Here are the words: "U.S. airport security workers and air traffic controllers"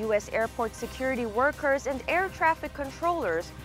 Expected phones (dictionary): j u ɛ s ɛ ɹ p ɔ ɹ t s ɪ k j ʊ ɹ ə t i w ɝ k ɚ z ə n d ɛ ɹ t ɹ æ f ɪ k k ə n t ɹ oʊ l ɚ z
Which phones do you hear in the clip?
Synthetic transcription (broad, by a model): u ɛ s ɛ ɹ p ɔ ɹ t s ɪ k j ʊ ɹ ə t i w ɝ k ɚ z ə n d ɛ ɹ t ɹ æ f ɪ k k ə n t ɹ oʊ l ɚ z